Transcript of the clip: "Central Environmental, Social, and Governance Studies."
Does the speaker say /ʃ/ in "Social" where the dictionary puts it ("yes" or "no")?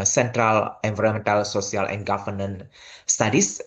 no